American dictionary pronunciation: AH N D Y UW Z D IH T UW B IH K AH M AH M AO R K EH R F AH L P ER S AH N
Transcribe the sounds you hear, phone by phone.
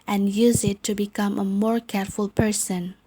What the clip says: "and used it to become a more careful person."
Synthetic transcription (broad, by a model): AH N Y UW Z IH T UW B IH K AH M AH M AO R K EH R F AH L P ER S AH N